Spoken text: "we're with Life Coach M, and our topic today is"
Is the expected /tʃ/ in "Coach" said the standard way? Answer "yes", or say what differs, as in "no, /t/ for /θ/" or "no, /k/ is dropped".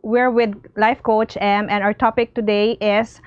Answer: yes